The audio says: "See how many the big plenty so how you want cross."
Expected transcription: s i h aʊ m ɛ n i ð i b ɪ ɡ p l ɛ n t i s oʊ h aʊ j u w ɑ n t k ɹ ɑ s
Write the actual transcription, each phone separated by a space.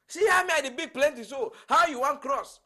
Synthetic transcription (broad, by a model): s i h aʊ m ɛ i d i b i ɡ p l ɛ n t i s oʊ h aʊ j u w ɑ n t k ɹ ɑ s